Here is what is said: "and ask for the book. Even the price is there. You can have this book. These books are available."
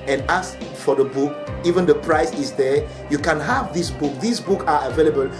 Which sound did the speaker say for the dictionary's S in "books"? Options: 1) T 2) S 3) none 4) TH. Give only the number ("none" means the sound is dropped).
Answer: 3